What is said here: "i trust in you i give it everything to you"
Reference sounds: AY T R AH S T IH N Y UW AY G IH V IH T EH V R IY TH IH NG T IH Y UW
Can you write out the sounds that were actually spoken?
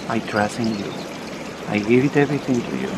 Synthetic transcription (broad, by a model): AY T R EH S IH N Y UW AY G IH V IH T EH V R IY TH IH NG T IH Y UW